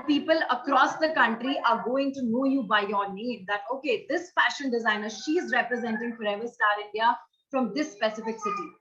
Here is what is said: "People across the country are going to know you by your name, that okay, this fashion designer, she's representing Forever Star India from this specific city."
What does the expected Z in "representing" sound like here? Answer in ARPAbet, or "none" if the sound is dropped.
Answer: Z